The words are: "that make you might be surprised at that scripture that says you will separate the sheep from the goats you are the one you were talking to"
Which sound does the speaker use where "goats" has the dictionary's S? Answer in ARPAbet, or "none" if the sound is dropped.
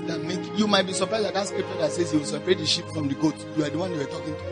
none